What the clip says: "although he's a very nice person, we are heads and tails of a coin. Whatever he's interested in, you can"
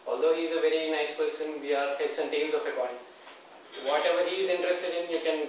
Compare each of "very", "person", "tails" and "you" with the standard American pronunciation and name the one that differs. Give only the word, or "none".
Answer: tails